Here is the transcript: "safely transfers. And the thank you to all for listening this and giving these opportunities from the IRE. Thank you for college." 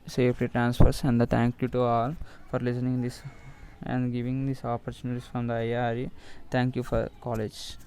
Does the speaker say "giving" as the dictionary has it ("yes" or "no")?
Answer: yes